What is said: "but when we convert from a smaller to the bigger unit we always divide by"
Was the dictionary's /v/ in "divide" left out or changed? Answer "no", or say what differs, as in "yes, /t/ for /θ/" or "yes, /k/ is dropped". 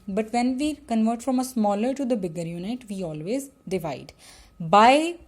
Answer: no